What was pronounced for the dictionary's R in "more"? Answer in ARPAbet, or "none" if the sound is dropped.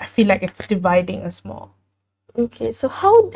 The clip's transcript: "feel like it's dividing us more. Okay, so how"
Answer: L